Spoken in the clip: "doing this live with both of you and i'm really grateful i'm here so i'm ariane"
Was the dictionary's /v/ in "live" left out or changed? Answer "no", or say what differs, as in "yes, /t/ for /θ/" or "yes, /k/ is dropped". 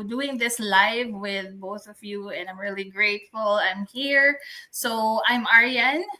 no